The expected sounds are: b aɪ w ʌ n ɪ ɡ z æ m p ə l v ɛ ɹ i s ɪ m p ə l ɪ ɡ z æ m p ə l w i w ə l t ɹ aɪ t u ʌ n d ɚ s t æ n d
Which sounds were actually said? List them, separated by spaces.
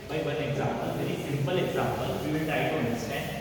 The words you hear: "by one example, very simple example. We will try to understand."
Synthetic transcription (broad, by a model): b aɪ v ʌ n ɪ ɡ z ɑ m p ə l v ɛ ɹ i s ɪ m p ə l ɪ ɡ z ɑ m p ə l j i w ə n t aɪ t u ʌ n d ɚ s t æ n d